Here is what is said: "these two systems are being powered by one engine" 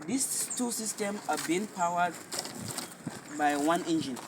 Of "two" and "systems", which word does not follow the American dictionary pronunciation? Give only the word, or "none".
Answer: systems